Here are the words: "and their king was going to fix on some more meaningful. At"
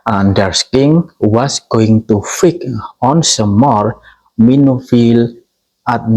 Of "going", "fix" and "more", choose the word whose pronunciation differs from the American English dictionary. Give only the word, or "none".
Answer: fix